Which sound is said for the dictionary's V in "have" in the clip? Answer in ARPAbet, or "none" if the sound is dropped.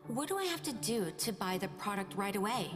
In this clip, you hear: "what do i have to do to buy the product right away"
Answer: F